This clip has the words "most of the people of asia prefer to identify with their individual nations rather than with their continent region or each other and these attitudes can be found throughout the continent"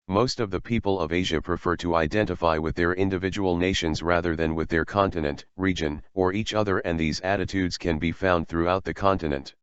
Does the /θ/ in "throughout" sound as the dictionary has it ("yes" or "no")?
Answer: yes